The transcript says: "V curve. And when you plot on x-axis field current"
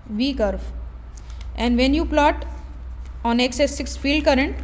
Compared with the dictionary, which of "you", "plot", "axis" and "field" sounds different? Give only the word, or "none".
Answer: axis